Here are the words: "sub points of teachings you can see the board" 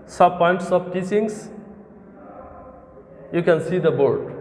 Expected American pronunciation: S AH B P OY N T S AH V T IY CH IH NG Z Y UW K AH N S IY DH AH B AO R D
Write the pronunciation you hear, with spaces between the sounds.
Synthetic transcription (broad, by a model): S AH P OY N T S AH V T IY S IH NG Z Y UW K AH N S IY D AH B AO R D